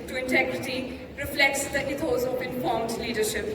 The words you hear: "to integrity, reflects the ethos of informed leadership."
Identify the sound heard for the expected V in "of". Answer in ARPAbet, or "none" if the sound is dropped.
P